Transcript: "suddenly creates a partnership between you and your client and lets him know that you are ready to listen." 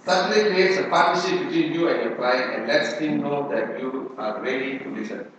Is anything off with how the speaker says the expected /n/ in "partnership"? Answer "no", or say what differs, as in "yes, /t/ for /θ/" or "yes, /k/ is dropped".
yes, /n/ is dropped